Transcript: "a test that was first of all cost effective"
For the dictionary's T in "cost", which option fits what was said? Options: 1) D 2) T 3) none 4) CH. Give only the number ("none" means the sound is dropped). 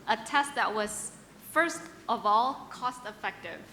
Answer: 2